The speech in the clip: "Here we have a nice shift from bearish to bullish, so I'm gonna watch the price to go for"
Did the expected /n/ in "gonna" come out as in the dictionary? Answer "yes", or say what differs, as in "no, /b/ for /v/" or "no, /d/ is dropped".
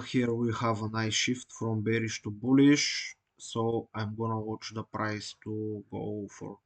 yes